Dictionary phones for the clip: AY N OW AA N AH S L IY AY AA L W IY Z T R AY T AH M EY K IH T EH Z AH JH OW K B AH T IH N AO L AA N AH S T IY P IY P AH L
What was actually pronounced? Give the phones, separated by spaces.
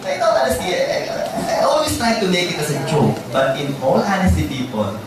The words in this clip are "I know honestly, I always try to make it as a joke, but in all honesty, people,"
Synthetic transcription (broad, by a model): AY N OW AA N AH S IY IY AY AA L W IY S T R AY T AH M EY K IH T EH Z AH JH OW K B AH T IH N AO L AA N AH S T IY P IY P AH L